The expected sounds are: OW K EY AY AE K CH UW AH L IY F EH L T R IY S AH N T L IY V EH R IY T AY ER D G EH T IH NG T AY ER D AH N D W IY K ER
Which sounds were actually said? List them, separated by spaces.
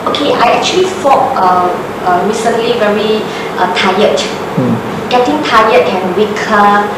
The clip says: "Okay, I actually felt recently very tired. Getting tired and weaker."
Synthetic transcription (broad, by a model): OW K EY AY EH K CH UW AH L IY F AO T R IY S AH N T L IY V EH R IY T AY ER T G EH T IH NG T AY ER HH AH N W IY K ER